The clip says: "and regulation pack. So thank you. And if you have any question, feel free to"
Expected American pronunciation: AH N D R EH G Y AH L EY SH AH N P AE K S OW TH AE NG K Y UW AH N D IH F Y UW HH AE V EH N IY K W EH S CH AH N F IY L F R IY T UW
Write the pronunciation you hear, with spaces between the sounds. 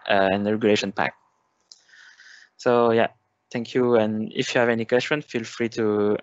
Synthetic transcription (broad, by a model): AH N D R EH G Y AH L EY SH AH N P AE K S OW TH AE NG K Y UW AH N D IH F Y UW HH AE V EH N IY K W EH S CH AH N F IY L F R IY T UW